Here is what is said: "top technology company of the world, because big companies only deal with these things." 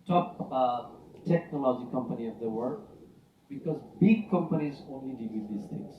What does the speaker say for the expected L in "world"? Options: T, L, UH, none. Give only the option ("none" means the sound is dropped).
none